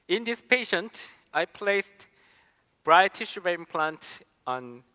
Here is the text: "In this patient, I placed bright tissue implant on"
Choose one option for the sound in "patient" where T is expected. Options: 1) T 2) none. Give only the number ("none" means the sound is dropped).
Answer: 1